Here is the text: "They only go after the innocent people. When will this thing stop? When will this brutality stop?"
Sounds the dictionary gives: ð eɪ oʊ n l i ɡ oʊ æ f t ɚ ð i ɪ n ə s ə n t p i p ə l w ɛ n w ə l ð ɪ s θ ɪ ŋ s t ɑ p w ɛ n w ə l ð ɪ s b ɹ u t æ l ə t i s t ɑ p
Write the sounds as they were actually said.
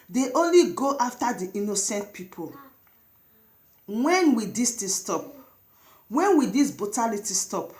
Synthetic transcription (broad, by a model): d eɪ oʊ n l i ɡ oʊ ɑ f t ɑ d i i n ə s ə n t p i p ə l w ɛ n w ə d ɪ s t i s t ɑ p w ɛ n w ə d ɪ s b u t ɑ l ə t i s t ɑ p